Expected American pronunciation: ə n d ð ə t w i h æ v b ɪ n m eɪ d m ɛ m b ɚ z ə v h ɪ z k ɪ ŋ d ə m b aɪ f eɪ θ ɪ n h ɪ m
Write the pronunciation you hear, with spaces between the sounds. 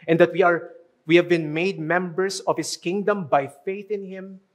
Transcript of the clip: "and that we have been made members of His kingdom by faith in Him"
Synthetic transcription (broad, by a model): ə n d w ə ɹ w i h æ v b ɪ n m eɪ d m ɛ m b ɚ s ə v h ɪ s k ɪ ŋ d ə m b aɪ f eɪ θ ɪ n h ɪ m